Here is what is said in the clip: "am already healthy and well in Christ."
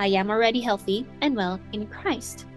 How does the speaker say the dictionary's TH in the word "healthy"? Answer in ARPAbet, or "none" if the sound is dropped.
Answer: TH